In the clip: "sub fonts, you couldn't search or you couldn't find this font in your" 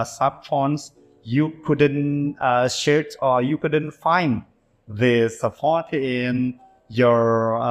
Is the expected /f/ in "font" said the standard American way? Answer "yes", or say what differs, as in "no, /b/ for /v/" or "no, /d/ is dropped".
no, /p/ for /f/